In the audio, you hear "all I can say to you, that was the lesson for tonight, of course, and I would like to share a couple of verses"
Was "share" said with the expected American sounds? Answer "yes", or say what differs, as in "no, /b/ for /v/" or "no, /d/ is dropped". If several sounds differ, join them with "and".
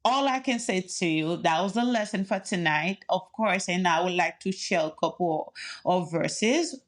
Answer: no, /l/ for /ɹ/